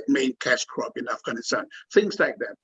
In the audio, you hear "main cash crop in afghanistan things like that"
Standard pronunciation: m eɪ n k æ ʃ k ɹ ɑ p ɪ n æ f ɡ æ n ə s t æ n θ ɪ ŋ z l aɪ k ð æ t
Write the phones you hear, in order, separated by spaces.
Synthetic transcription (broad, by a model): m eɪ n k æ s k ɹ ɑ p ɪ n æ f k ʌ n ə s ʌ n θ ɪ ŋ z l aɪ k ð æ t